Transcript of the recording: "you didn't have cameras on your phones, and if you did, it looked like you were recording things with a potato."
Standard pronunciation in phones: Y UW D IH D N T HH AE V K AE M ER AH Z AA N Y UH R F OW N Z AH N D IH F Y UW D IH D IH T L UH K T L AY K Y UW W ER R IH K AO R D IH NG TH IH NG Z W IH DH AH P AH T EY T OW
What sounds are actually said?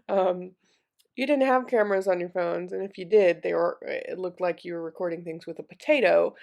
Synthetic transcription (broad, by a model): Y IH D IH D N T HH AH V K AE M ER AH Z N Y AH R F OW N Z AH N IH F Y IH D IH D IH T L UH K T L AY K Y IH W ER R IH K AO R D IH NG TH IH NG Z W IH DH AH P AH T EY T OW